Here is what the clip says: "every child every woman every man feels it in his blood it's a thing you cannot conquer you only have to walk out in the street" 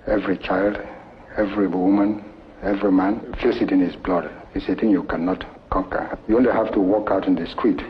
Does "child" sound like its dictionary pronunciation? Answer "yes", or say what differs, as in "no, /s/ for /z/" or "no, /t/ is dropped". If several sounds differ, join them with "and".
yes